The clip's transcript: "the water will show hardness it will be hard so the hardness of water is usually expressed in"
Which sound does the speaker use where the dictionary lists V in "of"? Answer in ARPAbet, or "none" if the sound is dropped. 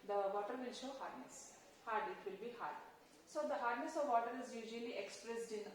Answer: V